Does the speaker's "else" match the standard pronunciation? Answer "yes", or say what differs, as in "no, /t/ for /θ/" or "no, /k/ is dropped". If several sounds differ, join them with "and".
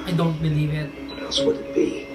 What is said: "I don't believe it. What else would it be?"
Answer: no, /l/ is dropped